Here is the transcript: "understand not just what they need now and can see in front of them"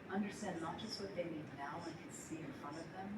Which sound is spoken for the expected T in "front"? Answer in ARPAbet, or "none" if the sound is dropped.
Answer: none